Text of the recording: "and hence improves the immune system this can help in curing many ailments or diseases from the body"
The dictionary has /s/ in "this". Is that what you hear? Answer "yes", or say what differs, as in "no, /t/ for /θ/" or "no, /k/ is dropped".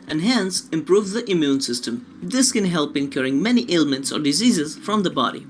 yes